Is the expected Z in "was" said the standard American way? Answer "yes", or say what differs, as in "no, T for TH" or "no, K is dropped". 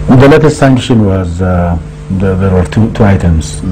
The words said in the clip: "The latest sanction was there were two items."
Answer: yes